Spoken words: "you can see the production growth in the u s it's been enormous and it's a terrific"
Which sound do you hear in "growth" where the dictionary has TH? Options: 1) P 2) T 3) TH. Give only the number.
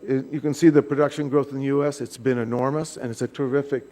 3